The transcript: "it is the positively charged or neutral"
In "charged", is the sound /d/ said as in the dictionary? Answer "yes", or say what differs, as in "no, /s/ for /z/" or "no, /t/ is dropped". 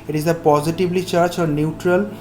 no, /d/ is dropped